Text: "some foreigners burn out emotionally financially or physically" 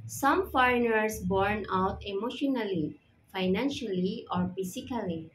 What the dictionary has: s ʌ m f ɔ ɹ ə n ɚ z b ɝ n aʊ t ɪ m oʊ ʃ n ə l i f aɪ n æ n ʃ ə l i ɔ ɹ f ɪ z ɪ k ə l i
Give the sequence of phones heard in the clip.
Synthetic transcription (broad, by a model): s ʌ m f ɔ ɹ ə n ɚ s b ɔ n aʊ t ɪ m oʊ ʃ n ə l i f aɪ n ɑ n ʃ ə l i ɔ ɹ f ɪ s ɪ k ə l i